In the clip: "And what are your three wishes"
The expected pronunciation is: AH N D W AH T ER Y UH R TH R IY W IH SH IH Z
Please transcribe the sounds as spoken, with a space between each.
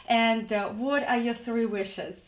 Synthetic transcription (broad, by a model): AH N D W AH T ER Y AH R TH R IY W IH SH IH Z